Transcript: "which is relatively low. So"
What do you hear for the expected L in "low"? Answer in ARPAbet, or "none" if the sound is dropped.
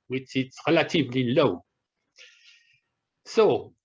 L